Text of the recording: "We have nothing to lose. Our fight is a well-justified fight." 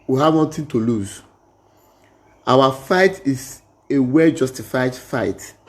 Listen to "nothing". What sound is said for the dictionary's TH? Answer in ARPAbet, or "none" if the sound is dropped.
T